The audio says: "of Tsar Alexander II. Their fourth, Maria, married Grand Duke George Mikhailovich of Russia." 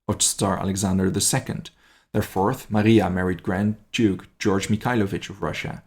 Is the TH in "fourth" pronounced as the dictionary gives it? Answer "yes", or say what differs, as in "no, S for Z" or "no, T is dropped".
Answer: yes